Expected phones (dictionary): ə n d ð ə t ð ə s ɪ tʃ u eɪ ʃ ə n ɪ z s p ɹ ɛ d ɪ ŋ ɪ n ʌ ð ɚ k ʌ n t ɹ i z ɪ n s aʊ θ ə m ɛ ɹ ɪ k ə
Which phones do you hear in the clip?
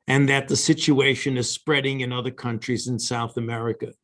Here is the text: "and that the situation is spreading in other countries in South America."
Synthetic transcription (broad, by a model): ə n ð ə t ð ə s ɪ tʃ u eɪ ʃ ə n ɪ z s p ɹ ɛ d ɪ ŋ ɪ n ʌ ð ɚ k ʌ n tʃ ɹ i z ɪ n s aʊ θ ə m ɛ ɹ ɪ k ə